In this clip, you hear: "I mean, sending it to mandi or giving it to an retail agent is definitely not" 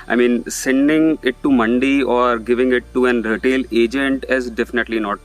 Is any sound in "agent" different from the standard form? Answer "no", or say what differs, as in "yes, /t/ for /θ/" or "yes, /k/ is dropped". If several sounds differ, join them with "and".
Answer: no